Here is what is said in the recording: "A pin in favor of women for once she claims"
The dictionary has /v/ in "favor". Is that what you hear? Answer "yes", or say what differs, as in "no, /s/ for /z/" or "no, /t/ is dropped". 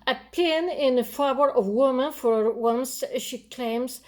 no, /b/ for /v/